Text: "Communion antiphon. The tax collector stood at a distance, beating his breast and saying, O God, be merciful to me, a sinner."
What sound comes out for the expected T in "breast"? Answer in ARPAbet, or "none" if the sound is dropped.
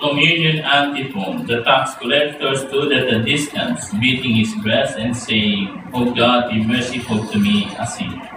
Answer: none